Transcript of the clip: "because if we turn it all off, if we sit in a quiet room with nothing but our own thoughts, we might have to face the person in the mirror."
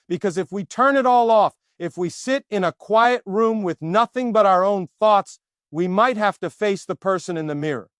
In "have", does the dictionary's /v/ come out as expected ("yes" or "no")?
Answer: no